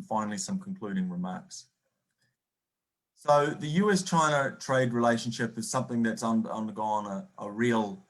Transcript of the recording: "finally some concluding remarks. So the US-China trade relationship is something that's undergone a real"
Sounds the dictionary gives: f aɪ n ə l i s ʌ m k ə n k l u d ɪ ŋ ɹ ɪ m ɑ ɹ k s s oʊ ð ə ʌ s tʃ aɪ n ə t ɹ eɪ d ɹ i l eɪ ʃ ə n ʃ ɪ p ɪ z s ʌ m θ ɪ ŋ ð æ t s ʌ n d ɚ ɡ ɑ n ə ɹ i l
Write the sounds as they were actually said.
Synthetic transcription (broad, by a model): f aɪ n l i s ʌ m k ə n k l u d ɪ ŋ ɹ ɪ m ɑ ɹ k s s oʊ ð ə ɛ s tʃ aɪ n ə t ɹ eɪ d ɹ i l eɪ ʃ ə n ʃ ɪ p ɪ z s ʌ m θ ɪ ŋ ð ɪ t s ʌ n d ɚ ɡ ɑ n ə ɹ i l